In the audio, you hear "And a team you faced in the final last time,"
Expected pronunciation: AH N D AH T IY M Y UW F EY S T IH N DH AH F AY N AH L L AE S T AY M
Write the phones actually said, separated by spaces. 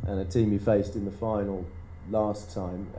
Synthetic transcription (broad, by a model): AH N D AH T IY M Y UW F EY S T IH N DH AH F AY N AH L L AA S T AY M